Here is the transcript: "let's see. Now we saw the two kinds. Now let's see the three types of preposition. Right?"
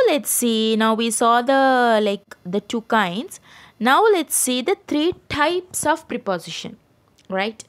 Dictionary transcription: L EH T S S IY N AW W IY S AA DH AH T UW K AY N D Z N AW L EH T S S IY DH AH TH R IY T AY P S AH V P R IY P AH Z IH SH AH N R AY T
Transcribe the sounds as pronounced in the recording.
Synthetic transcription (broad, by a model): L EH T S S IY N AW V IY S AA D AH T UW K AY N D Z N AW L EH T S S IY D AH T R IY T AY P S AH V P R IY P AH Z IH SH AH N R AY T